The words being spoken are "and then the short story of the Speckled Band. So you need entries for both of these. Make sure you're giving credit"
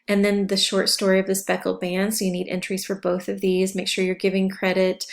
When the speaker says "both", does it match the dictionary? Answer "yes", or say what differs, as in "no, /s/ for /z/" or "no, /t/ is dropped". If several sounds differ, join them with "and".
yes